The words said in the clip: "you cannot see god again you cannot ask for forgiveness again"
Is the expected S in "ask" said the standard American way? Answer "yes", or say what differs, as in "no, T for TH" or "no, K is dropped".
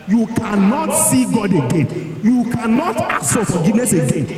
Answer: no, S is dropped